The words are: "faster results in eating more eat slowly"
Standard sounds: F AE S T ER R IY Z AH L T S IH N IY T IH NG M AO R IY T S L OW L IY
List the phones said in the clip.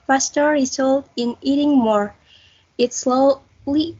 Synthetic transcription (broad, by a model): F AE S T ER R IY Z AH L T IH N IY T IH NG M AO R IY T S L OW L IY